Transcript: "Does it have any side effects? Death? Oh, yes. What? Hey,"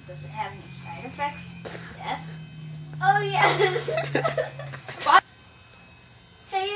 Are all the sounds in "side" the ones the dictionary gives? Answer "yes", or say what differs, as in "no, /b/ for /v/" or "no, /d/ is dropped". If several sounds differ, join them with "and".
no, /d/ is dropped